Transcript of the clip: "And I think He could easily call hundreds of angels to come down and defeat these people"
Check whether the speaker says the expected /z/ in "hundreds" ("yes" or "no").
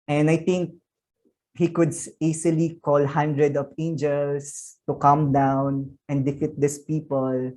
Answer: no